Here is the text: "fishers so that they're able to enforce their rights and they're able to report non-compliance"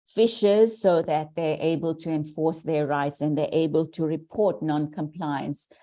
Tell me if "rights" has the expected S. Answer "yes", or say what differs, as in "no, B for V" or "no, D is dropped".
yes